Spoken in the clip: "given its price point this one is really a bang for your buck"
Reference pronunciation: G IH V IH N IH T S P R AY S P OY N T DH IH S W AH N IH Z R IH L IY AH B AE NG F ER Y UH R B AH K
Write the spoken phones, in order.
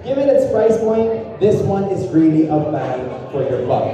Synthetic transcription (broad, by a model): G IH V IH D IH T S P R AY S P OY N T DH IH S W AH N IH Z R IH L IY AH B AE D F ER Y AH R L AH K